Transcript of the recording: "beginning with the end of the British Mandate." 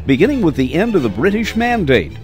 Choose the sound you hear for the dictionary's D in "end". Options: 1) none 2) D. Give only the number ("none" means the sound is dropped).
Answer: 2